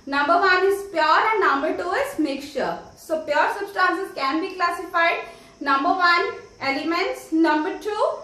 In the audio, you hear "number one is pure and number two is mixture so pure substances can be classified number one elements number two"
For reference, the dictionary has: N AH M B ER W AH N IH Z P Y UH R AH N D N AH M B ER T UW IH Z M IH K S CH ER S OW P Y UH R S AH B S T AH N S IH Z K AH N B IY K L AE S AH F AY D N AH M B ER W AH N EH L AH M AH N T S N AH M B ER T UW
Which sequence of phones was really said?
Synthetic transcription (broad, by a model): N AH M B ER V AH N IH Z P Y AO R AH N N AH M B ER T UW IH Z M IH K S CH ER S OW P Y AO R S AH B S T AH N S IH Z K AH N B IY K L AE S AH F AY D N AH M B ER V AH N EH L AH M AH N T S N AH M B ER T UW